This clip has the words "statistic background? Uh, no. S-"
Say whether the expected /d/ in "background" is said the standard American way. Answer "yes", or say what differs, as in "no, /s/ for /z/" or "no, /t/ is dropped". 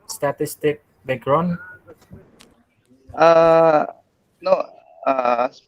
no, /d/ is dropped